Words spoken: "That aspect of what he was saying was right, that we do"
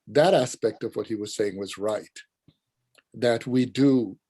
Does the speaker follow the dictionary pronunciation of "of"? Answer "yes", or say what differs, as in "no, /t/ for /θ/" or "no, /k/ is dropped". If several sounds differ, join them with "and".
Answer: yes